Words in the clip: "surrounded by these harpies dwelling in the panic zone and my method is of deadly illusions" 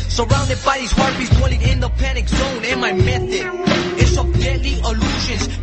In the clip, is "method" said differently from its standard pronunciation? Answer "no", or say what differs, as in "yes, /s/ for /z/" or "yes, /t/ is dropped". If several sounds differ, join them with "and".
yes, /t/ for /θ/ and /d/ is dropped